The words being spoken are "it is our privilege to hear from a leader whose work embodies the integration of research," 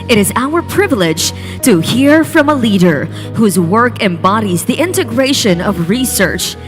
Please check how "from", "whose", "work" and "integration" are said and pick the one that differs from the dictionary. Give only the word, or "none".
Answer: none